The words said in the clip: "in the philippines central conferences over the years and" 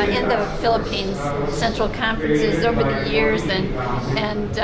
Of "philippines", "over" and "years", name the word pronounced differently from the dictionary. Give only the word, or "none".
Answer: none